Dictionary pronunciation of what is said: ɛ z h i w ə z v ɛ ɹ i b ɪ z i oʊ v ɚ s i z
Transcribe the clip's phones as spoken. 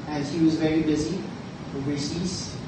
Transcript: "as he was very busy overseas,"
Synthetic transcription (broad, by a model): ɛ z h i w ə z v ɛ ɹ i b ɪ z i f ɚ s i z